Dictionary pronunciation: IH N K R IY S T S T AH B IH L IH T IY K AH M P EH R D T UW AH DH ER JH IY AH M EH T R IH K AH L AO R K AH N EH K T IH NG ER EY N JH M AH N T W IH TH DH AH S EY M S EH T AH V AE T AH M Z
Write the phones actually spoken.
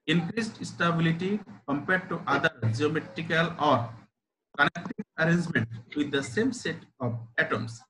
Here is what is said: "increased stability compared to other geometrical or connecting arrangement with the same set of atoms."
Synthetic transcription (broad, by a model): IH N K R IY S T S T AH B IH L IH T IY K AH M P EH R D T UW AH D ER JH IY AH M EH T R IH K AH L AO R K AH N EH K T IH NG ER EY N JH M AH N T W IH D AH S EY M S EH T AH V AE T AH M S